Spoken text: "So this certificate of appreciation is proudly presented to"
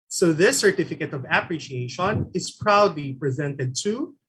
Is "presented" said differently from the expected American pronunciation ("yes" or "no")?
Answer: no